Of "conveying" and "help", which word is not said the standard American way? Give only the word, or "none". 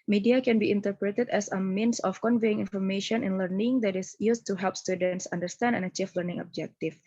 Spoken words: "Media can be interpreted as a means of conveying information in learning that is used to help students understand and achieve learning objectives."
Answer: none